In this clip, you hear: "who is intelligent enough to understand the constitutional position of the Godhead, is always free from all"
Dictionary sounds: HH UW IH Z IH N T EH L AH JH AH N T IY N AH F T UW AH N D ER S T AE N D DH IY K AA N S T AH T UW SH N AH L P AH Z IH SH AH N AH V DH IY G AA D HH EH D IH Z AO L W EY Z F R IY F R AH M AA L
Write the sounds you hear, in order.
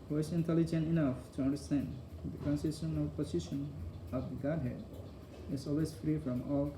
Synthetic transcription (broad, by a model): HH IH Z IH N T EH L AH JH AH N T IY N AH F T UW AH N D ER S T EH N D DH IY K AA N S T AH S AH N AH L P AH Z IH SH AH N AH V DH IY G AA D HH EH D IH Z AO L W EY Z F R IY F R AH M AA L